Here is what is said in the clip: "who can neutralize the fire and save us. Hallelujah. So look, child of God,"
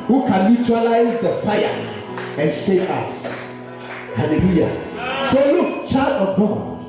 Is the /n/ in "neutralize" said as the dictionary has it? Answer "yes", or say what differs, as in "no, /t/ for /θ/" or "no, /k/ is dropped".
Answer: no, /l/ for /n/